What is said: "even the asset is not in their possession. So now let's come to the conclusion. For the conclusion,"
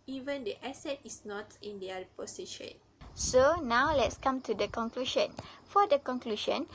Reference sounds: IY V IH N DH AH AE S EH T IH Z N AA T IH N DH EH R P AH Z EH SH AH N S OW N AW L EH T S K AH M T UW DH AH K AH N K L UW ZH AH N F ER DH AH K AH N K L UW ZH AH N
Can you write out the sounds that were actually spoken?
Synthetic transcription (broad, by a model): IY V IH N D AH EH S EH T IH S N AA T IH N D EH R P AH S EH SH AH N S OW N AW L EH T S K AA M T UW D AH K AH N K L UW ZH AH N F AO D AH K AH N K L UW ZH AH N